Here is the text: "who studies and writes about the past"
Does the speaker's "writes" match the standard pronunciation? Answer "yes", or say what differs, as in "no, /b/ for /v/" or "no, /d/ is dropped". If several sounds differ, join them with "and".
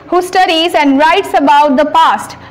yes